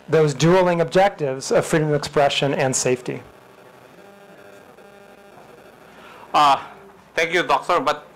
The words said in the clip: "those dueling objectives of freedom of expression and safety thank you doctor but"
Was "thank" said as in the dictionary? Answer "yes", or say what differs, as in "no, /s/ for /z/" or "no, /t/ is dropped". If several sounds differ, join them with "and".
no, /t/ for /θ/